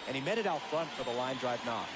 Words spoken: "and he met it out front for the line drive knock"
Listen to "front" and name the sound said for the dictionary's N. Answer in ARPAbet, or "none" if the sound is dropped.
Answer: N